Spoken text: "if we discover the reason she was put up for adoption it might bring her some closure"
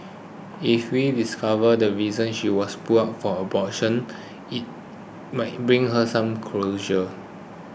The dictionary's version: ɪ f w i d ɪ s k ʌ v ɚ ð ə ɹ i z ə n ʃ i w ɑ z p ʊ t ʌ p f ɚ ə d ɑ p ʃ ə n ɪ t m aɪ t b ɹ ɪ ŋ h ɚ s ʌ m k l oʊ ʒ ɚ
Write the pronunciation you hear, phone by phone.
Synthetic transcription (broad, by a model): ɪ f w i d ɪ s k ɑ v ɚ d ə ɹ i z ə n ʃ i w ɑ s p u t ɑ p f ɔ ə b ɑ ʃ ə n ɪ t m aɪ t b ɹ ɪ ŋ h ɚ s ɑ m k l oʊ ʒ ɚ